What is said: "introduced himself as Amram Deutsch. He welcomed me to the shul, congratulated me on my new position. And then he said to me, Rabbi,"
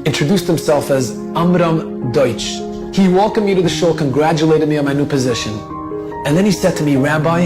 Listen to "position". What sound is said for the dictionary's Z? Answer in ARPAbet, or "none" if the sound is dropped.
Z